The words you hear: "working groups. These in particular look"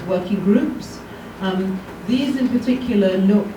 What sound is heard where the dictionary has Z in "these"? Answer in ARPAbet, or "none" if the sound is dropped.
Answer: Z